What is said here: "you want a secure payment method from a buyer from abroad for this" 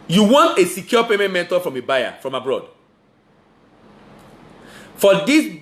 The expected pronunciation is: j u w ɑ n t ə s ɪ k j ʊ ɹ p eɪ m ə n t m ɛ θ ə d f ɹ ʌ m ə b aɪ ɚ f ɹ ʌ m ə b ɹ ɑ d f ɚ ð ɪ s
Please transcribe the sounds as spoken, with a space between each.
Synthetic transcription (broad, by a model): j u w ɑ n t ə s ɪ k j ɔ p eɪ m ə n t m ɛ t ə f ɹ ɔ m ə b aɪ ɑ f ɹ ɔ m ə b ɹ ɑ d f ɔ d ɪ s